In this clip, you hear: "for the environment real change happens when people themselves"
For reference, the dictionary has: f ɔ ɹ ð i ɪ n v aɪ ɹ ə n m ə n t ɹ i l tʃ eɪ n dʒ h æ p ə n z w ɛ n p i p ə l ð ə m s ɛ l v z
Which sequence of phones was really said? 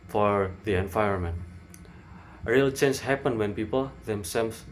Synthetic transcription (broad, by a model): f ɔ ɹ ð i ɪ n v aɪ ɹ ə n m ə n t ɹ i l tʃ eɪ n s h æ p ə n w ɛ n p i p ə l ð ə m s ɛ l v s